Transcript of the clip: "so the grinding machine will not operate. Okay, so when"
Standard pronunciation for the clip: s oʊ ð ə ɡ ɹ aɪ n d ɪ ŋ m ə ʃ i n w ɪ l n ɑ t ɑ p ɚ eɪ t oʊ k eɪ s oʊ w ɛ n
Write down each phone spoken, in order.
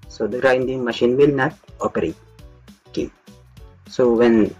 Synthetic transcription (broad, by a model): s oʊ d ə ɡ ɹ aɪ n d ɪ ŋ m ə ʃ i n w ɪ l n ɑ t ɑ p ɚ eɪ t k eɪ s oʊ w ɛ n